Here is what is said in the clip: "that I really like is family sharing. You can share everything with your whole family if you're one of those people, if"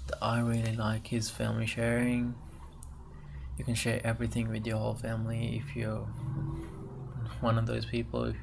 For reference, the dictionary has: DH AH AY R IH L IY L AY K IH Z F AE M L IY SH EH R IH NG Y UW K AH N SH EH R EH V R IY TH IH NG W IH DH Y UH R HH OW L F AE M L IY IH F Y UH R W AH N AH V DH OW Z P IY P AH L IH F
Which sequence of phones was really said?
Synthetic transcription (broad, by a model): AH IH R IH L IY L AY K IH Z F AE M L IY SH EH R IH NG Y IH K AH N SH EH R EH V R IY TH IH NG W IH DH Y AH R HH OW L F AE M L IY IH F Y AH R W AH N AH V DH OW Z P IY P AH L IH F